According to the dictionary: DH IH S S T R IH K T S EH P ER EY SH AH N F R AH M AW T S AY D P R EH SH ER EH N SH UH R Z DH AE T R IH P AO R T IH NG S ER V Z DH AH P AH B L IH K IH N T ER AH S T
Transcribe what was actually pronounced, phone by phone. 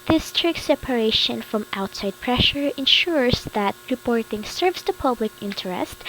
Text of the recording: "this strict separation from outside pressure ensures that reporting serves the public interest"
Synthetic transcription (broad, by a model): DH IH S S T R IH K S EH P ER EY SH AH N F R AH M AW T S AY D P R EH SH ER EH N SH UH R Z DH AE T R IH P AO R T IH NG S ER V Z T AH P AH B L IH K IH N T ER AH S T